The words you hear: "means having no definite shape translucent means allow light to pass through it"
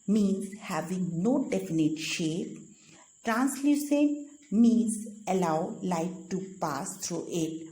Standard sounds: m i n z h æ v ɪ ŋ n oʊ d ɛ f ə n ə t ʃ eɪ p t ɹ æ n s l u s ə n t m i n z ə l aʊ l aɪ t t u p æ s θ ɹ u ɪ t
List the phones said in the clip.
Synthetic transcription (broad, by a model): m i n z h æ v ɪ ŋ n oʊ d ɛ f ə n ə t ʃ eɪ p t ɹ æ n s l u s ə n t m i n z ə l aʊ l aɪ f t u p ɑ s t ɹ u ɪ t